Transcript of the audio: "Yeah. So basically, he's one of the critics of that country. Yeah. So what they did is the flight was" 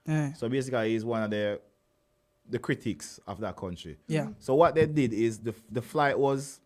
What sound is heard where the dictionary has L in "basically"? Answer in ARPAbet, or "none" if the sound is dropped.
none